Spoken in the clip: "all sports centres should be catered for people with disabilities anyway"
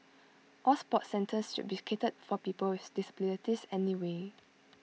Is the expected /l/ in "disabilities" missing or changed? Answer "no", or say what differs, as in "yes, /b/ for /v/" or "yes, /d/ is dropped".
yes, /n/ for /l/